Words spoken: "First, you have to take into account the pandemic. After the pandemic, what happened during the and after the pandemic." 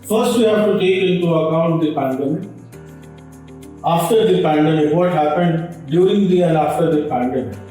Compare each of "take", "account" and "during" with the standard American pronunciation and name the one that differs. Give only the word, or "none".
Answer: during